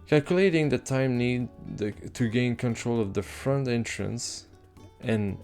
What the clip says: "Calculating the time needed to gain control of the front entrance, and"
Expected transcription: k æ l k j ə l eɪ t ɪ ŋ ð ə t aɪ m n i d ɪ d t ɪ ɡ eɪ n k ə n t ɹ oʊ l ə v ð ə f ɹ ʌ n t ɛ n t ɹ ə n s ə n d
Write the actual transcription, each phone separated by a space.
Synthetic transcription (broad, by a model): k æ l k j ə l eɪ t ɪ ŋ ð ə t aɪ m n i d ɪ t ɪ ɡ eɪ n k ə n t ɹ oʊ l ə v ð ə f ɹ ʌ n t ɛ n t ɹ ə n s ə n